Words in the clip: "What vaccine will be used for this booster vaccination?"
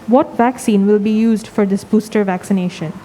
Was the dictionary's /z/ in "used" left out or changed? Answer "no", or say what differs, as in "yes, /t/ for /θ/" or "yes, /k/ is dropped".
no